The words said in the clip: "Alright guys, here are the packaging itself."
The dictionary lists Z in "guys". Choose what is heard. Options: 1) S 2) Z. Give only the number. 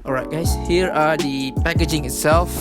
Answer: 1